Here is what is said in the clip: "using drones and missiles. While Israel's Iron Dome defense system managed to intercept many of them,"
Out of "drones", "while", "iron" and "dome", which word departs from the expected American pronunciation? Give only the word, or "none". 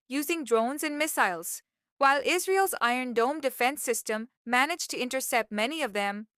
none